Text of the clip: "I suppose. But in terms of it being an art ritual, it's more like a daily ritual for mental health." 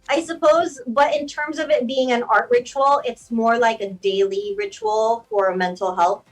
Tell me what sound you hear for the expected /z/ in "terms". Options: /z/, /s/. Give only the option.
/z/